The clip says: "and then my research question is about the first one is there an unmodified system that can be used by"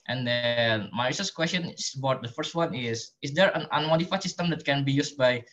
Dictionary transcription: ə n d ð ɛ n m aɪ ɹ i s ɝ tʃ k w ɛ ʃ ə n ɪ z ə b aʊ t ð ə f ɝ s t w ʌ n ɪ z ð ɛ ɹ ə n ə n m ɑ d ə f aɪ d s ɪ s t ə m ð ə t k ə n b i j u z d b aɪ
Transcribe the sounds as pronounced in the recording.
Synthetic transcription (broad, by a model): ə n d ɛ n m aɪ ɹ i s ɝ s k w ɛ s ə n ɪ s ə b aʊ t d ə f ɝ s t w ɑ n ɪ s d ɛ ɹ ə n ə n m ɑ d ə f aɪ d s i s t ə m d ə t k ə n b i j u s b aɪ